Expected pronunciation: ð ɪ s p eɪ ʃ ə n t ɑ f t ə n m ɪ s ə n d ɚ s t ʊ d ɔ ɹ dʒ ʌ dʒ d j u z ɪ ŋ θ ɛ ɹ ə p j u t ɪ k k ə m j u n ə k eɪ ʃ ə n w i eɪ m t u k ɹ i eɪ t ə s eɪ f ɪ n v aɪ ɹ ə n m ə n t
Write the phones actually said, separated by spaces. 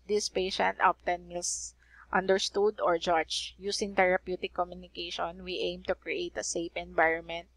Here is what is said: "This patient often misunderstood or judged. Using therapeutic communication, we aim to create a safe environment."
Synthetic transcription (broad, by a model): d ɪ s p eɪ ʃ ə n t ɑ p t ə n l s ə n d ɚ s t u d ɔ ɹ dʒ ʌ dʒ j u s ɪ ŋ t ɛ ɹ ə p j u t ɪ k k ə m j u n ə k eɪ ʃ ə n w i eɪ m t u k ɹ i eɪ t ə s eɪ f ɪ n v aɪ ɹ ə n m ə n t